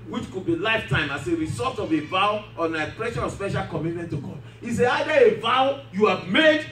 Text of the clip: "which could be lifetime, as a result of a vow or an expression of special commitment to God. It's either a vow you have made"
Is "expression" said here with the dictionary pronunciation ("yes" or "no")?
no